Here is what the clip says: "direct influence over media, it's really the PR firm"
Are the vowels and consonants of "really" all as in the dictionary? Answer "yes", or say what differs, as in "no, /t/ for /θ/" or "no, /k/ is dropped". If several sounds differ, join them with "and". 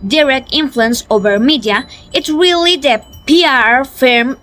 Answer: yes